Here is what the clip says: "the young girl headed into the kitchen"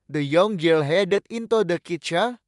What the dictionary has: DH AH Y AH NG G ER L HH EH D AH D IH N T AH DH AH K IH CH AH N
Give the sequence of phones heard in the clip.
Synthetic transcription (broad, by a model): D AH Y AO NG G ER L HH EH D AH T IH N T AH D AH K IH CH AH